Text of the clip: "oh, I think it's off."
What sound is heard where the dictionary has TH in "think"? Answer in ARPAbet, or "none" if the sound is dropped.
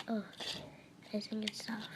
S